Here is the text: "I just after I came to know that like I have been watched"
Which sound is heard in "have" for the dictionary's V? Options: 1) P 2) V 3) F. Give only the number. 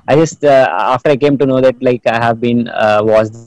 2